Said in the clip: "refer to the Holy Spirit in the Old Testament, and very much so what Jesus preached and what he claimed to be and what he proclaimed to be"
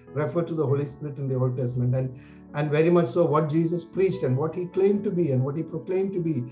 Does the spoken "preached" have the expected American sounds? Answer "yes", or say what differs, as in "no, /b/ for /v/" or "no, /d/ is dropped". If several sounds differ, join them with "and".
yes